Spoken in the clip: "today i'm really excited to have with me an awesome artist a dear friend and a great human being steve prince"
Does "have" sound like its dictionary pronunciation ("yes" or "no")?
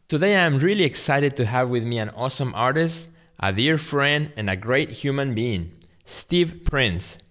yes